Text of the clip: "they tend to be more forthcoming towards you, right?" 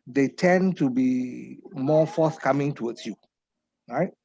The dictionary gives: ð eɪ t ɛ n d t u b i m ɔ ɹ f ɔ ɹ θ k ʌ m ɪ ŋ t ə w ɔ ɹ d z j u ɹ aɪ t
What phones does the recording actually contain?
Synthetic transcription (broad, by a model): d eɪ t ɛ n t u b i m ɔ f ɔ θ k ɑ m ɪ ŋ t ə w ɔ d s j u ɹ aɪ t